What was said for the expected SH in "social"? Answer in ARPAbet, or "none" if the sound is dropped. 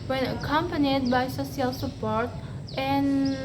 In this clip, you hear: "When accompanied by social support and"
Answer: S